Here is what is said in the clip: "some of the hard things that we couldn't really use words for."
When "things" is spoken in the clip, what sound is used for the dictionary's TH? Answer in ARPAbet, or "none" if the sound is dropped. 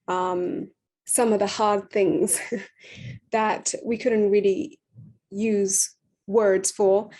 TH